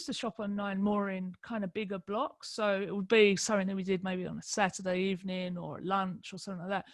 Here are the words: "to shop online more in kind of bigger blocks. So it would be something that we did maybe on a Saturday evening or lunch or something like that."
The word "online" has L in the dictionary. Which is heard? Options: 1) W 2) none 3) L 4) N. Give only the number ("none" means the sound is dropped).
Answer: 2